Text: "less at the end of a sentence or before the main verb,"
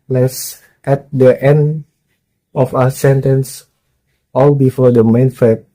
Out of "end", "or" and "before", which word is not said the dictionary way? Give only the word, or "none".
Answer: or